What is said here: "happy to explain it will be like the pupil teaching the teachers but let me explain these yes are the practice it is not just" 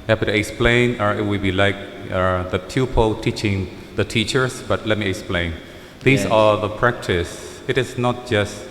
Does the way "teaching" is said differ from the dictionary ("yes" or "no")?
no